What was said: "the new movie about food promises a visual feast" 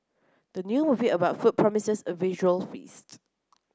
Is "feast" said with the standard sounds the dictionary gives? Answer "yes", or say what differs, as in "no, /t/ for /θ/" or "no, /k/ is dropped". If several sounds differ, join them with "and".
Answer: yes